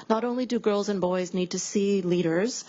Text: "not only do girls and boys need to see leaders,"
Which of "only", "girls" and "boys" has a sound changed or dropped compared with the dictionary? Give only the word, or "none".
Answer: none